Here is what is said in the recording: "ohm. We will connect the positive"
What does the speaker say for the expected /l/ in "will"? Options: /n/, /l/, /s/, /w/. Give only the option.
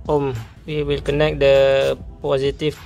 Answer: /l/